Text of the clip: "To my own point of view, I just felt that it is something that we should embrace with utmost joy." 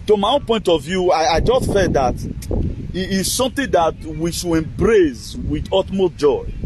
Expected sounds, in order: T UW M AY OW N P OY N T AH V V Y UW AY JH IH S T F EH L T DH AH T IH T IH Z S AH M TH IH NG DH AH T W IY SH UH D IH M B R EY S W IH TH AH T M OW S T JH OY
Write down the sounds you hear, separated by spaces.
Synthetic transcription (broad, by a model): T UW M AY OW N P OY N T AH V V Y UW AY JH IH S T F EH T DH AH T IH T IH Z S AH M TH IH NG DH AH T W IY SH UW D IH M B R EY S W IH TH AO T M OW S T JH OY